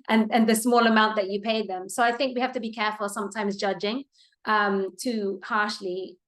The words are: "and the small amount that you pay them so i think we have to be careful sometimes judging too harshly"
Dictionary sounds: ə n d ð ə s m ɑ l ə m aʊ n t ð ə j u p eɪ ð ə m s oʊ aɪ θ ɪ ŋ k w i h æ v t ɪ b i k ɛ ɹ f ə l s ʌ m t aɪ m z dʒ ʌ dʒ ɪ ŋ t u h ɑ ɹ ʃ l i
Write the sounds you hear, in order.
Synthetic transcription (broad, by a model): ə n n ð ə s m ɑ l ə m aʊ n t ð ə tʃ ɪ p eɪ ð ə m s oʊ aɪ θ ɪ ŋ k w i h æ f t ɪ b i k ɛ ɹ f ə l s ʌ m t aɪ m z dʒ ʌ dʒ ɪ ŋ t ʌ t ɑ ɹ ʃ l i